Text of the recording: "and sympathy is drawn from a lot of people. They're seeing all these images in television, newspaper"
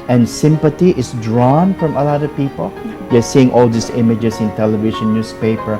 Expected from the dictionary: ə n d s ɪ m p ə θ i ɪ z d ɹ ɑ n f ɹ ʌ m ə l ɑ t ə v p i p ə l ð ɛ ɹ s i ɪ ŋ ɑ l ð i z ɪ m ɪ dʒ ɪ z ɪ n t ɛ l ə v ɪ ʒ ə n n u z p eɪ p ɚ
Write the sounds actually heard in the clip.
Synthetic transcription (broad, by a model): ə n s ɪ m p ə t i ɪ s d ɹ ɑ n f ɹ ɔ m ə l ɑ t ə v p i p ə l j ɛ s i ɪ ŋ ɑ l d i s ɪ m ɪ dʒ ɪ s ɪ n t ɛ l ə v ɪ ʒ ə n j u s p eɪ p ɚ